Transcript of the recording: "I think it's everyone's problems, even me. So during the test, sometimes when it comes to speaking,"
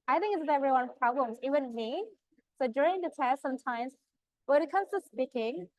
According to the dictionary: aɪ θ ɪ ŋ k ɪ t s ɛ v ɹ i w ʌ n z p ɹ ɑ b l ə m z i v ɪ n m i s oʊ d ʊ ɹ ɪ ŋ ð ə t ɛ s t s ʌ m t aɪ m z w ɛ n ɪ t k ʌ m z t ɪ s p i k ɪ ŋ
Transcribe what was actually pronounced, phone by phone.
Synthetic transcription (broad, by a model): aɪ θ ɪ ŋ k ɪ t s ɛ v ɹ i w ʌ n p ɹ ɑ b l ə m z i w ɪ n m i s oʊ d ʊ ɹ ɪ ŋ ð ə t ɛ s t s ʌ m t aɪ m z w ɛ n ɪ t k ʌ m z t ɪ s p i k ɪ ŋ